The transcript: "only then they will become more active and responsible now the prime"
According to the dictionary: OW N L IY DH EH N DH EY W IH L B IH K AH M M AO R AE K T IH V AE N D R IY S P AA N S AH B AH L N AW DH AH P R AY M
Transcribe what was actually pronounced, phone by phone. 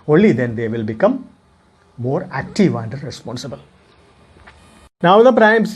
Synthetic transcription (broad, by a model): OW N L IY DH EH N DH EY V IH L B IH K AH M M AO R AE K T IH V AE N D R IY S P AA N S AH B AH L N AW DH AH P R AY M